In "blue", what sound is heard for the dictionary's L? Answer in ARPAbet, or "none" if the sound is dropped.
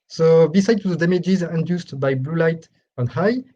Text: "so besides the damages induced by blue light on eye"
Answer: L